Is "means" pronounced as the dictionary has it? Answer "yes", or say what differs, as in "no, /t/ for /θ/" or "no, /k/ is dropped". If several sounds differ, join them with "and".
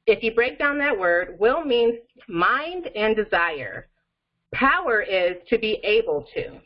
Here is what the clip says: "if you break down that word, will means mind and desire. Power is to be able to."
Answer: no, /z/ is dropped